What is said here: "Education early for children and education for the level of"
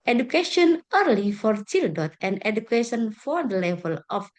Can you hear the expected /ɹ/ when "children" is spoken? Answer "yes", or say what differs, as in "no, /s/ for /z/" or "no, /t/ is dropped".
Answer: no, /ɹ/ is dropped